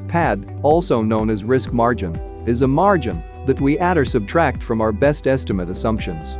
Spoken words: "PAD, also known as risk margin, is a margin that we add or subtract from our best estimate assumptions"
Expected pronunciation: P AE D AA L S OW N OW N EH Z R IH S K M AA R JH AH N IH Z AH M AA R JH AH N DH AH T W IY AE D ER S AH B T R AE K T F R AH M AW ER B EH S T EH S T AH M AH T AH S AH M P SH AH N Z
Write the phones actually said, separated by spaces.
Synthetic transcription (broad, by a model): P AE D AA L S OW N OW N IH Z R IH S K M AA R JH AH N IH Z AH M AA R JH AH N DH AH T W IY AE D ER S AH B T R AE K T F R AH M AW ER B EH S T EH S T AH M AH T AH S AH M P SH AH N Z